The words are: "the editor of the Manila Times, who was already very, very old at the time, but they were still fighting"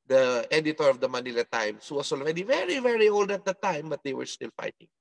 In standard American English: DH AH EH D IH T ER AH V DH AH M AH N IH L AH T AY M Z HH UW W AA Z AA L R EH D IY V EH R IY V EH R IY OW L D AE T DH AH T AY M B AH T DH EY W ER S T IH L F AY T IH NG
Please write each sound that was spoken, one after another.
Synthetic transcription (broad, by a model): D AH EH D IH T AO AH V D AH M AH N IH L AH T AY M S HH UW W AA S AA L R EH D IY V EH R IY V EH R IY OW L D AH T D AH T AY M B AH T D EY W ER S T IH L F AY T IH NG